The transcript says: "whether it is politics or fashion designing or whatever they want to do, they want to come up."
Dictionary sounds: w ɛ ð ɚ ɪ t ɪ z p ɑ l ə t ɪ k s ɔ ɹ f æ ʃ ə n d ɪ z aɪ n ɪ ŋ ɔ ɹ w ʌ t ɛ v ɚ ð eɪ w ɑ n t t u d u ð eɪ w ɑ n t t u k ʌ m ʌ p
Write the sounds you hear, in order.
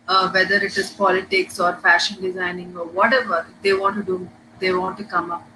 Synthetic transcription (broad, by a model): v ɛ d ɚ ɪ t ɪ z p ɑ l ə t ɪ k s ɔ ɹ f æ ʃ ə n d ɪ z aɪ n ɪ ŋ ɔ ɹ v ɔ t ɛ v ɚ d eɪ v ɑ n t t u d u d eɪ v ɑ n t t u k ʌ m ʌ p